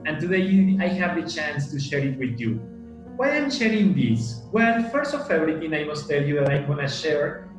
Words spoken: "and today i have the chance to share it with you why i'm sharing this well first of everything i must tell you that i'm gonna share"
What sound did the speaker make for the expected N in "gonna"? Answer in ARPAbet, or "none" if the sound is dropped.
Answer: N